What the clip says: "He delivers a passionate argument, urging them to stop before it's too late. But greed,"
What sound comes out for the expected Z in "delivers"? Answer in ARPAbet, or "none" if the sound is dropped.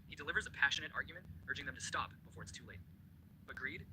Z